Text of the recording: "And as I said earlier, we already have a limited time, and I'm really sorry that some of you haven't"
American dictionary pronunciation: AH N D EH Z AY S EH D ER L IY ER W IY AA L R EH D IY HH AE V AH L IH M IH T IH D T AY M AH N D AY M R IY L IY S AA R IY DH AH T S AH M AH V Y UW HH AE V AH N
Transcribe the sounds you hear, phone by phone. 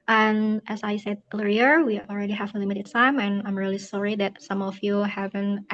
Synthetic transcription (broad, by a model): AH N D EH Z AY S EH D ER IY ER W IY AA L R EH D IY HH AE V AH L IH M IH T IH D T AY M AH N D AY M R IY L IY S AA R IY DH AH T S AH M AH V Y UW HH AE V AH N